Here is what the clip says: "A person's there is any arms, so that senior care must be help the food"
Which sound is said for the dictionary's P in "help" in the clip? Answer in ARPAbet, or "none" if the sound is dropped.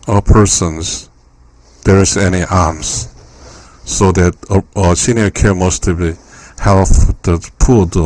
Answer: F